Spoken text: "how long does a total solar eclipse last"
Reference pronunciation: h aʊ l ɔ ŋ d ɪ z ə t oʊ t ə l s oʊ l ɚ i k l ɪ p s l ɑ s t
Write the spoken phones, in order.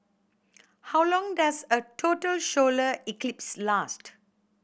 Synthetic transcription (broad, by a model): h aʊ l ɔ ŋ d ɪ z ə t oʊ t ə l ʃ oʊ l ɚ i k l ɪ p s l ɑ s t